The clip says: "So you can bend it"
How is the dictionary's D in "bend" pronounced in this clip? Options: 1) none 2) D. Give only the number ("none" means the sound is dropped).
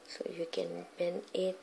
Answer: 1